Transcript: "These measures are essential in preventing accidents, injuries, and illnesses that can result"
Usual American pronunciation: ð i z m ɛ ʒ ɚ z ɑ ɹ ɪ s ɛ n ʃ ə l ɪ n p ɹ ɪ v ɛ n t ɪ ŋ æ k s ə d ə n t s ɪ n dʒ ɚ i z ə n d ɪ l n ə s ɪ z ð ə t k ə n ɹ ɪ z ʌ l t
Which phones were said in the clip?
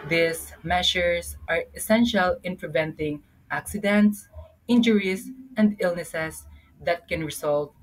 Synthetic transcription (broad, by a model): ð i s m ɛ ʃ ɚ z ɑ ɹ ɪ s ɛ n ʃ ə l ɪ n p ɹ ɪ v ɛ n t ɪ ŋ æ k s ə d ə n t s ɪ n dʒ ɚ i s ə n d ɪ l n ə s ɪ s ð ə t k ə n ɹ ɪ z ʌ l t